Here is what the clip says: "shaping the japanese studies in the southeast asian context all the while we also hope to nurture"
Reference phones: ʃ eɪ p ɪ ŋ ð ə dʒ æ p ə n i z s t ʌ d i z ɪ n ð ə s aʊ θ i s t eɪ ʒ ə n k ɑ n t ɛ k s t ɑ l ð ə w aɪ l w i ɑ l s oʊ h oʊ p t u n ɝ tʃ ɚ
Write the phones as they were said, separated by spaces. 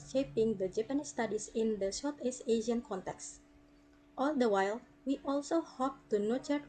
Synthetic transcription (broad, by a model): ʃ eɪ p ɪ ŋ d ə dʒ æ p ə n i s t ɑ d i s ɪ n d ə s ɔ t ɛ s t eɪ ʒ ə n k ɑ n t ɛ k s t ɑ l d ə w aɪ l w i ɑ l s oʊ h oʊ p t u n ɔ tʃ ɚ